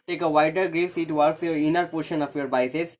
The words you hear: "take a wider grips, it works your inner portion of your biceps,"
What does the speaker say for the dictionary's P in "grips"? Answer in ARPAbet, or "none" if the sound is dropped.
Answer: none